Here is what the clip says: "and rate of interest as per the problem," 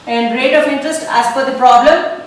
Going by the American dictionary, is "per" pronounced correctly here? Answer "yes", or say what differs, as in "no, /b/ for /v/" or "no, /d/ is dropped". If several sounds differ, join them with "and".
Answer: no, /f/ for /p/